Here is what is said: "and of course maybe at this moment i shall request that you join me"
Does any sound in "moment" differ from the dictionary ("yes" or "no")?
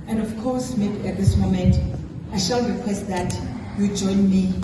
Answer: no